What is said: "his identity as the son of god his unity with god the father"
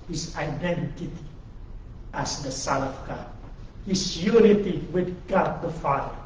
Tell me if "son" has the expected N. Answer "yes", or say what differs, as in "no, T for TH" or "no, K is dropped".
no, L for N